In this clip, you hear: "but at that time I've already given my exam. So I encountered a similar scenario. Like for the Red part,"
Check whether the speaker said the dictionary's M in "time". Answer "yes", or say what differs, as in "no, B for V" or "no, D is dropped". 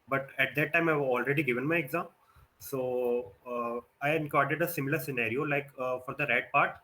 yes